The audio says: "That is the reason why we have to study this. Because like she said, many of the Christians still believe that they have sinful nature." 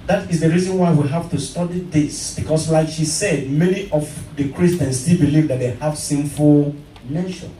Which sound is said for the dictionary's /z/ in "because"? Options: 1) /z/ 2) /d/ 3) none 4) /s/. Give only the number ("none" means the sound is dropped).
4